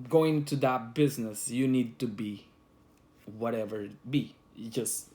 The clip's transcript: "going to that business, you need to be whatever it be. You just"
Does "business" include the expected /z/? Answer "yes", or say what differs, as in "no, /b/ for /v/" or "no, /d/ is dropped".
yes